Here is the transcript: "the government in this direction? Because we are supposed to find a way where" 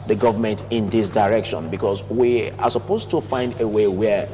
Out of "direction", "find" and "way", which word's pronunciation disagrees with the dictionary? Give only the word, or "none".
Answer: none